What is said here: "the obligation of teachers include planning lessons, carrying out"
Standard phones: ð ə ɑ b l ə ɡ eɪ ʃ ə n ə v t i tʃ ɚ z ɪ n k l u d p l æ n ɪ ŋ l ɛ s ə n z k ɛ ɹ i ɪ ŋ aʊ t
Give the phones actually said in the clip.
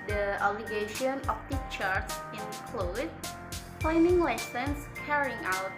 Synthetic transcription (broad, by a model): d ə ɑ b l ə ɡ eɪ ʃ ə n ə p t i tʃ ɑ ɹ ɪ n k l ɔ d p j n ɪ ŋ l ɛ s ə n s k ɛ ɹ i ɪ ŋ aʊ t